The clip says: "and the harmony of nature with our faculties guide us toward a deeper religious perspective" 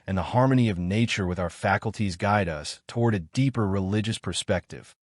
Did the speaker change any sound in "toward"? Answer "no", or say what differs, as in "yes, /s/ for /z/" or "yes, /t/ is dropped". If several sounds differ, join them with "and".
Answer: no